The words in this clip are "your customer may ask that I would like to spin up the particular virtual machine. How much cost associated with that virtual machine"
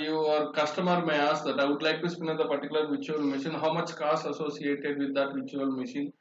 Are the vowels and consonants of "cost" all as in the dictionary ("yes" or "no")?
no